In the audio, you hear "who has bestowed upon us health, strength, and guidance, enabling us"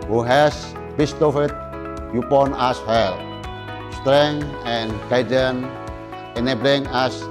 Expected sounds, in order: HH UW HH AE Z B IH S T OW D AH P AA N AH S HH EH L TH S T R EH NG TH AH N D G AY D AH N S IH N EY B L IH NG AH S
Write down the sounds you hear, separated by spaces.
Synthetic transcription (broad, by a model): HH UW HH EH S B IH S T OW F AH P AA N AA S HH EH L S T R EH NG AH N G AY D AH N IH N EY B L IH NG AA S